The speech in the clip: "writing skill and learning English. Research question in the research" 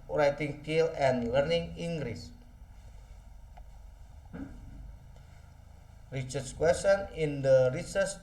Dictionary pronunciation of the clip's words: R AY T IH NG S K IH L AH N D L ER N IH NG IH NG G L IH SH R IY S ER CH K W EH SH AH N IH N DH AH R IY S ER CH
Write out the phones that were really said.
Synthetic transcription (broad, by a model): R AY T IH NG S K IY L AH N L ER N IH NG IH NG G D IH S R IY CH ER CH K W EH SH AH N IH N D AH R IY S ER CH